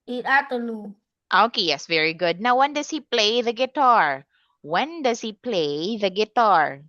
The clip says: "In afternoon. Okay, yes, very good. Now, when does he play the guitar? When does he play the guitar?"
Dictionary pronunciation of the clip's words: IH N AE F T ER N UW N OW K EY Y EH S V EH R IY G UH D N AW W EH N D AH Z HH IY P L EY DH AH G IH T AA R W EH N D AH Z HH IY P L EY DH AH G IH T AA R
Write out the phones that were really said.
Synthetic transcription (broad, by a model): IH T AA T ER L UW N OW K EY Y EH S V EH R IY G UH D N AW W EH N D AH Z HH IY P L EY DH AH G IH T AA R W EH N D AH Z HH IY P L EY DH AH G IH T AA R